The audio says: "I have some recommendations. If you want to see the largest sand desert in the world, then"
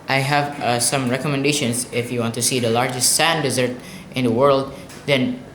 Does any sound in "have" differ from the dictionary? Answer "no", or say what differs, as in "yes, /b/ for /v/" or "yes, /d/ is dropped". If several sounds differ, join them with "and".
no